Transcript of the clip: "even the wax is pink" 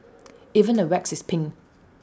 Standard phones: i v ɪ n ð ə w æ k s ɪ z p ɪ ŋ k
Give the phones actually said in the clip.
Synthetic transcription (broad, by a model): i v ɪ n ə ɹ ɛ k s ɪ s p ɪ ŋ